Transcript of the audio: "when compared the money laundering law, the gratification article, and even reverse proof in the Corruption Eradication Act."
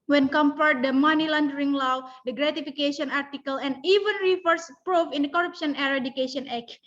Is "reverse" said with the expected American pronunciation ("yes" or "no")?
no